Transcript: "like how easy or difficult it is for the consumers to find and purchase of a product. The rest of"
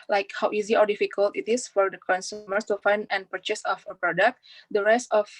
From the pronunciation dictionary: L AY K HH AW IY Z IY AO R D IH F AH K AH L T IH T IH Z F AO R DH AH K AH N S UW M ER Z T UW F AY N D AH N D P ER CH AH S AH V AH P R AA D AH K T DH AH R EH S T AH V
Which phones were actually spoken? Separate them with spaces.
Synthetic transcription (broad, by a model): L AY K HH AW IY Z IY AO R D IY F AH K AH L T IH T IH S F AO R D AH K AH N S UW M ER S T UW F AY N D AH N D P ER CH AH S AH F AH P R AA D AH K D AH R EH S T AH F